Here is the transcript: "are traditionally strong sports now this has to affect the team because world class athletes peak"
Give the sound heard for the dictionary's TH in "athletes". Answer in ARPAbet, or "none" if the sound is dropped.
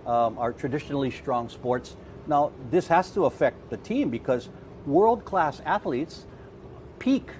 TH